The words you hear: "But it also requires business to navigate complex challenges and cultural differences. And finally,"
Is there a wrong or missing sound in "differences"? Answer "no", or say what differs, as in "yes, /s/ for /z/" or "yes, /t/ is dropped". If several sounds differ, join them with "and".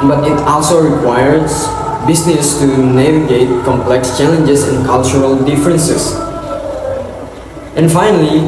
yes, /s/ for /z/